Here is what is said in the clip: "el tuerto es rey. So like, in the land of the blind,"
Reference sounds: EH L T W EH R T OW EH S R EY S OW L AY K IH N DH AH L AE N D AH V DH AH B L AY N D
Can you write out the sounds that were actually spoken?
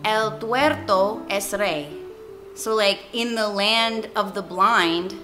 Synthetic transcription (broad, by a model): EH L T W EH R T OW EH S R EY S OW L AY K IH N DH AH L AE N D AH V DH AH B L AY N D